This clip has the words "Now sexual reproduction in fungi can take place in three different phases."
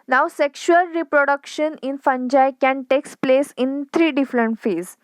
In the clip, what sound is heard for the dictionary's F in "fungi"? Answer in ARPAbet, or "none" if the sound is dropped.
F